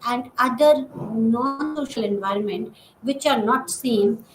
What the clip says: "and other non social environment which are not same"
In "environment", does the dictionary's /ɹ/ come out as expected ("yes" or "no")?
yes